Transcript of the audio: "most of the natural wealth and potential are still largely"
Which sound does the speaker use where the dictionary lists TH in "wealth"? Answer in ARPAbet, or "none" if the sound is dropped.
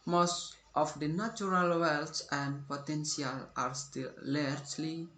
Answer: S